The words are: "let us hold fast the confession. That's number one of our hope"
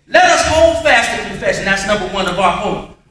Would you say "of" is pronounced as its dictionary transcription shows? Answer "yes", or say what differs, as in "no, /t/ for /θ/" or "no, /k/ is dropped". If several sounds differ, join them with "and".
no, /b/ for /v/